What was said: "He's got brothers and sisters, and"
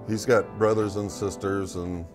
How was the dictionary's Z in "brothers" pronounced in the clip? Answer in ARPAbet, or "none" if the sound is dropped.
Z